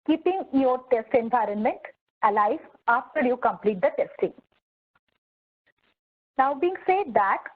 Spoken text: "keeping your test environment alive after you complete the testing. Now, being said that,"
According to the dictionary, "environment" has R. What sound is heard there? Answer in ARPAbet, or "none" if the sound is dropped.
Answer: R